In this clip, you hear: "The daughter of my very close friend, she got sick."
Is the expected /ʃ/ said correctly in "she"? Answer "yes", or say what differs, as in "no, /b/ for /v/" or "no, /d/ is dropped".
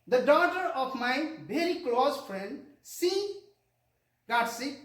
no, /s/ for /ʃ/